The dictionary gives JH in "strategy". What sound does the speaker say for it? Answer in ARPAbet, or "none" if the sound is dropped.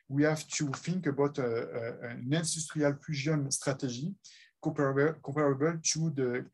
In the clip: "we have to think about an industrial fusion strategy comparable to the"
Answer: ZH